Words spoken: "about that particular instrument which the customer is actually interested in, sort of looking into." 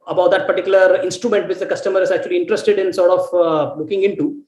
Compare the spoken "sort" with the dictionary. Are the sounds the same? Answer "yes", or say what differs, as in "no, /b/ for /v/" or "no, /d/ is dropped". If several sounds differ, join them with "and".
yes